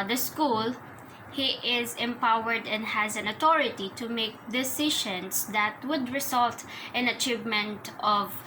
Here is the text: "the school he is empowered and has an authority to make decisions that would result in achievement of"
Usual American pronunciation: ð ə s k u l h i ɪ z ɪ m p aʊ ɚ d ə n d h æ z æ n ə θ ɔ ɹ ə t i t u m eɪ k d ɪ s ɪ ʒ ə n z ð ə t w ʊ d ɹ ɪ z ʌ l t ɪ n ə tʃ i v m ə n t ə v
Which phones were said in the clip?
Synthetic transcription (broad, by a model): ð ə s k u l h i ɪ z ɪ m p aʊ ɚ d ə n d h æ z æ n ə t ɔ ɹ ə t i t u m eɪ k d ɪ s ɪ ʃ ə n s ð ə t w ʊ d ɹ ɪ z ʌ l t ɪ n ə tʃ i v m ə n t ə v